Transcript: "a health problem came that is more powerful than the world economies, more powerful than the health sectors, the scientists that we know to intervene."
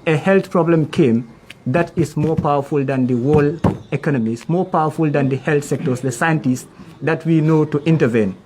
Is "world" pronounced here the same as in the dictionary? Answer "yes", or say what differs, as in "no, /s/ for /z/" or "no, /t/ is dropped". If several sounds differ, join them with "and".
no, /d/ is dropped